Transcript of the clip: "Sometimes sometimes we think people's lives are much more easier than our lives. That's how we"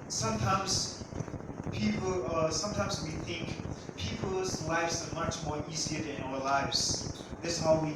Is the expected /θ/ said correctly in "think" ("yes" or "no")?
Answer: yes